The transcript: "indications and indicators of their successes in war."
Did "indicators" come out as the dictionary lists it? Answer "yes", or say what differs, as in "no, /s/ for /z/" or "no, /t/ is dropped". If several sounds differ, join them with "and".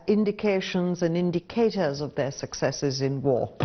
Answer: yes